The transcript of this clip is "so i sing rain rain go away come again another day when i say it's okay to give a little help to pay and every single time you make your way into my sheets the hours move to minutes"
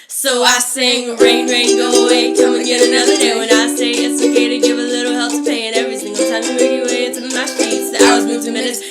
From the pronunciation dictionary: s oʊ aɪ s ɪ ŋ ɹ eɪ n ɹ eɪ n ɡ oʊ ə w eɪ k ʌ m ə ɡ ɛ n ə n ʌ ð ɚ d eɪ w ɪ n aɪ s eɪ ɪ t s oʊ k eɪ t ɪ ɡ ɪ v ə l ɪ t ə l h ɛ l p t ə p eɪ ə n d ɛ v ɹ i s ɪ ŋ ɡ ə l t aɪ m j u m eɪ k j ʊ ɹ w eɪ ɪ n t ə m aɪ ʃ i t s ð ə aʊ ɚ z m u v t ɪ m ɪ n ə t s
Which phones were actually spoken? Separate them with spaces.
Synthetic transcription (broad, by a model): s oʊ aɪ s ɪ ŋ ɹ eɪ n ɹ eɪ n ɡ oʊ ə w eɪ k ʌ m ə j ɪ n ə n ʌ ð ɚ d eɪ w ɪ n aɪ s eɪ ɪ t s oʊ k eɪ t ɪ ɡ ɪ v ə l ɪ t l h ɛ l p t ə p eɪ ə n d ɛ v ɹ i θ ɪ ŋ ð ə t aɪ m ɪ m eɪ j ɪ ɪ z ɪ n m aɪ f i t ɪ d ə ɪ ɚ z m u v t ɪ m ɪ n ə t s